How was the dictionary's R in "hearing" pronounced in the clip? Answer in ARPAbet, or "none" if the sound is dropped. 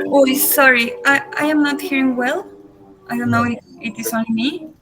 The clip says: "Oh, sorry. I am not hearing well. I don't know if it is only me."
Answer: R